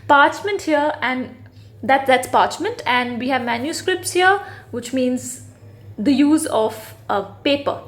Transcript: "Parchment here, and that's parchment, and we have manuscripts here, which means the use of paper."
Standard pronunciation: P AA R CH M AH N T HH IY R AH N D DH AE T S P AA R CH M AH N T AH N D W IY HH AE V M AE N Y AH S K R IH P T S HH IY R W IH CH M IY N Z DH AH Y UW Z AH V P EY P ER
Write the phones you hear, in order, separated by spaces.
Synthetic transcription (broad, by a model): P AA R CH M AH N T HH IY R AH N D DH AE T S P AA R CH M AH N T AH N D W IY HH AE V M AE N Y AH S K R IH P T S HH IY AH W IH CH M IY N Z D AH Y UW Z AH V P EY P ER